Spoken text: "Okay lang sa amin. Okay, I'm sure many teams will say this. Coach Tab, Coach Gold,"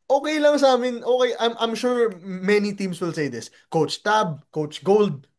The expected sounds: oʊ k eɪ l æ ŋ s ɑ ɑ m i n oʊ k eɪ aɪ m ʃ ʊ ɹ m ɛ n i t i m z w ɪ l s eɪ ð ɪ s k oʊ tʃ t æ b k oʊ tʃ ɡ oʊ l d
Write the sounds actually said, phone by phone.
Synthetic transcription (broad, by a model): oʊ k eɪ l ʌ ŋ s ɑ ɑ m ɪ n oʊ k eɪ aɪ m ʃ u ɹ m ɛ n i t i m s w ɪ l s eɪ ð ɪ s k oʊ tʃ t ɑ b k oʊ tʃ ɡ oʊ l d